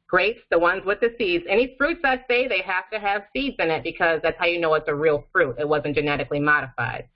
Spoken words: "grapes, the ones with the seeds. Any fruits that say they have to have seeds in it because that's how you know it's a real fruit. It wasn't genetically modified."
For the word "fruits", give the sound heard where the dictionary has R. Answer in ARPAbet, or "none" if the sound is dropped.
R